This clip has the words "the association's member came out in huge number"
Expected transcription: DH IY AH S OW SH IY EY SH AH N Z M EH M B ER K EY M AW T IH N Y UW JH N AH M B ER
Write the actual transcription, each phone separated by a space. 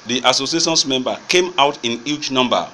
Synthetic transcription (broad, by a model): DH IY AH S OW S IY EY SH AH N S M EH M B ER K EY M AW T IH N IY CH N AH M B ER